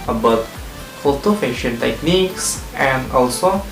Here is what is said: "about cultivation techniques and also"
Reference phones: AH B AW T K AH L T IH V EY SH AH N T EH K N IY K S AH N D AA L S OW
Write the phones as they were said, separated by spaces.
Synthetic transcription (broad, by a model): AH B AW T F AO T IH F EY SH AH N T EH K N IY K S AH N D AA L S OW